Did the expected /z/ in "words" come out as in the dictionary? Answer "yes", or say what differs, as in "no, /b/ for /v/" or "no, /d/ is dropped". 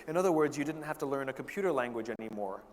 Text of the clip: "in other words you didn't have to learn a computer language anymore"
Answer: yes